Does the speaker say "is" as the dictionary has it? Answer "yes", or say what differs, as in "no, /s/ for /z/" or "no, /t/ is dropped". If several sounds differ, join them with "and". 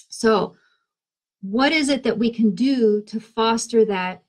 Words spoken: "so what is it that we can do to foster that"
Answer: yes